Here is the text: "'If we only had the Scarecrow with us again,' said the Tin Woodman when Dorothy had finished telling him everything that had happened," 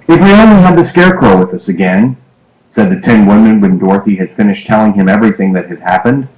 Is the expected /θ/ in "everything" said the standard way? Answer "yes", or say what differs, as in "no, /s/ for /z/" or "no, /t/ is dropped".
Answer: yes